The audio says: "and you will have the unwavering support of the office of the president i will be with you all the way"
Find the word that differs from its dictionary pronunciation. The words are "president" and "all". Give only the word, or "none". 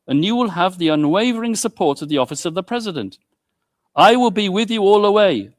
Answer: none